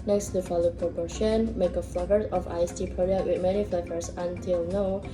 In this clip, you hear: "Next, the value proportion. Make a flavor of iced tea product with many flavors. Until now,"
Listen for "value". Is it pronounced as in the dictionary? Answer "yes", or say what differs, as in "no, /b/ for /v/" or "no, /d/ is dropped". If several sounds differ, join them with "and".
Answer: no, /f/ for /v/